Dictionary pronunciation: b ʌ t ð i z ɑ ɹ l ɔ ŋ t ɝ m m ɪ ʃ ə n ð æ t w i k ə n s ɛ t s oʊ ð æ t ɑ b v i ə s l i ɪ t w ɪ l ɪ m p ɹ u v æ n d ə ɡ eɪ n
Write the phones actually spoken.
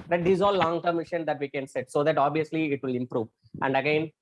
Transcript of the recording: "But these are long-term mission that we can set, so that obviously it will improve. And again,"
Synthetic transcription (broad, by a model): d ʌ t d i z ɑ l l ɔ ŋ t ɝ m m ɪ ʃ ə n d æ t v i k ə n s ɛ t s oʊ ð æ t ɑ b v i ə s l i ɪ t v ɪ l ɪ m p ɹ u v æ n d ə ɡ eɪ n